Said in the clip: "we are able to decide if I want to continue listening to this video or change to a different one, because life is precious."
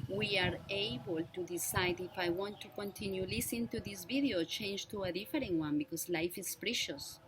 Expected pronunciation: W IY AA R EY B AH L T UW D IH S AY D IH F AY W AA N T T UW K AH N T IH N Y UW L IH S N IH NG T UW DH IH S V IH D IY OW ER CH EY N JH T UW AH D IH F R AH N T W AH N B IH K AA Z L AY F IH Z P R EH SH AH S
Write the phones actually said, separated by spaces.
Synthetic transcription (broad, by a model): W IY AA R EY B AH L T UW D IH S AY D IH F AY W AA N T T UW K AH N T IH N Y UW L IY S IH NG T UW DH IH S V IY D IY OW CH EY N JH T UW AH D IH F R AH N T W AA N B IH K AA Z L AY F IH S P R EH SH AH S